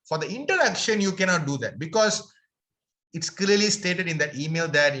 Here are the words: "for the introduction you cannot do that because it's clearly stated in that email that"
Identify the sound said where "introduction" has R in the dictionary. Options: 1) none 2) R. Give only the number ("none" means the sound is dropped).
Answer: 1